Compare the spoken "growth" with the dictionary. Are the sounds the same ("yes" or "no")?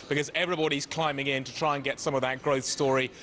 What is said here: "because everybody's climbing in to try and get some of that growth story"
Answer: yes